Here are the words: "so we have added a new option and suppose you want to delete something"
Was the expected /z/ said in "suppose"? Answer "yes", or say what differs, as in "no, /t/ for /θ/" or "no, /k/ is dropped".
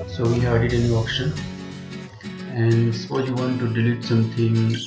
no, /z/ is dropped